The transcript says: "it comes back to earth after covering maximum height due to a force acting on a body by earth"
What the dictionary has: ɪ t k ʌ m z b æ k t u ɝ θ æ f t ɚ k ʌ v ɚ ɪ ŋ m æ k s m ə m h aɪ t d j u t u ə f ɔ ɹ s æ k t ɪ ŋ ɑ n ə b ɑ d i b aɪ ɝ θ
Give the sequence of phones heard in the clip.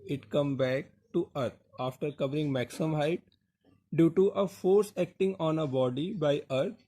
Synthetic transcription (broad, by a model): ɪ t k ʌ m b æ k t u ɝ t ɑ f t ɚ k ʌ v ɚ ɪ ŋ m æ k s ə m h aɪ t d j u t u ə f ɔ ɹ s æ k t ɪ ŋ ɑ n ə b ɑ d i b aɪ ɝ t